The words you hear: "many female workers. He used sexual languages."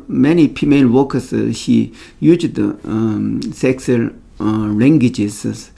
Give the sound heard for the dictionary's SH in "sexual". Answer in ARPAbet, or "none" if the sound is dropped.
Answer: S